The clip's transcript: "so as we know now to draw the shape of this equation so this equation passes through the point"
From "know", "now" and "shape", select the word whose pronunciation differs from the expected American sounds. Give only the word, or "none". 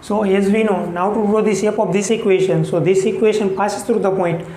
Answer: shape